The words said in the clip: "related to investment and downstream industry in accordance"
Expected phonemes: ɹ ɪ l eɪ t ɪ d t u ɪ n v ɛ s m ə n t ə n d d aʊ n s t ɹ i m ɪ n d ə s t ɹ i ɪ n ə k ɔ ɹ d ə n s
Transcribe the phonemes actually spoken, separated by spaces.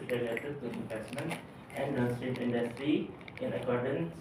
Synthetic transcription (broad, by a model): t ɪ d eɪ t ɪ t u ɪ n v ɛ s m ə n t ə n d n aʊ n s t i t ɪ n d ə s t ɹ i ɪ n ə k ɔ ɹ d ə n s